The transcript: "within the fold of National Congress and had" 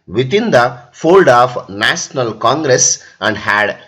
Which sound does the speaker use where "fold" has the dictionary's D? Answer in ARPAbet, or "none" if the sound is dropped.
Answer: D